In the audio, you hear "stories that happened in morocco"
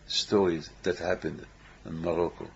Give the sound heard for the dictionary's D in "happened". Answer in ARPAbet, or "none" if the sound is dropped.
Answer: D